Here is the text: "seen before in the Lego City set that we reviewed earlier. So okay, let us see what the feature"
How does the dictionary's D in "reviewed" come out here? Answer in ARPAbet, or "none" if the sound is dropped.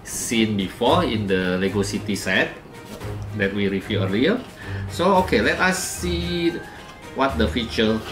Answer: none